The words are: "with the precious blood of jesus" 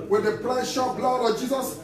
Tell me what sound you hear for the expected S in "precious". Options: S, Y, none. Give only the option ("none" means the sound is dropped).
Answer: none